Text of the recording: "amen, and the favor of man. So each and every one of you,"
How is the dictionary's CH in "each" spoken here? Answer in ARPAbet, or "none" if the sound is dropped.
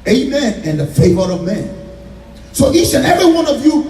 S